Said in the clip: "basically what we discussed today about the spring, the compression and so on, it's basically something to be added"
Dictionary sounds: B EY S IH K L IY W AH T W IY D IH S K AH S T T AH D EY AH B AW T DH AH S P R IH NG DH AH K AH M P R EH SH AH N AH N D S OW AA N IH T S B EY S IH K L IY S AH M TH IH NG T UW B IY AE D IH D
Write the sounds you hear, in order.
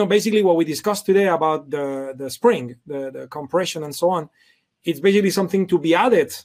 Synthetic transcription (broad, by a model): B EY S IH K L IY W AH T W IY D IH S K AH S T T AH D EY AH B AW T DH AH S P R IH NG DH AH K AH M P R EH SH AH N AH N S OW AA N IH T S B EY S IH K L IY S AH M TH IH NG T UW B IY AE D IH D